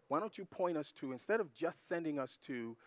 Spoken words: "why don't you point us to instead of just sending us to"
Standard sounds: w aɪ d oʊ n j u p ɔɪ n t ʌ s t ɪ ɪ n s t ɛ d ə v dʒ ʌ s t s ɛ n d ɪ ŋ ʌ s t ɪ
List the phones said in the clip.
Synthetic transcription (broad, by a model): w aɪ d oʊ n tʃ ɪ p ɔɪ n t ʌ s t ɪ ɪ n s t ɛ d ə v dʒ ʌ s t s ɛ n d ɪ ŋ ʌ s t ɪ